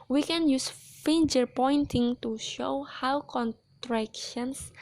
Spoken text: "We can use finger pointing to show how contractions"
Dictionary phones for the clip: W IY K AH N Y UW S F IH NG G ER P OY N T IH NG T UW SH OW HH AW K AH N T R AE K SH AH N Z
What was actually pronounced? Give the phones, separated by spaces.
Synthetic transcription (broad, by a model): W IY K AH N Y UW S F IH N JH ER P OY N T IH NG T UW SH OW HH AW K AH N T R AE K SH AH N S